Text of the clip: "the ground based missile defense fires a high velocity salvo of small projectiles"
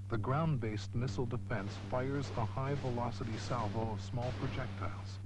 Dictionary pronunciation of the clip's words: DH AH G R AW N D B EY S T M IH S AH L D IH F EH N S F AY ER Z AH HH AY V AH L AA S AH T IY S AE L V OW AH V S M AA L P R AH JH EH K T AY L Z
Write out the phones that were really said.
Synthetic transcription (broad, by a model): DH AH G R AW N B EY S T M IH S L D IH F EH N S F AY ER Z AH HH AY V AH L AA S AH T IY S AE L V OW AH V S M AA L P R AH JH EH K T AY L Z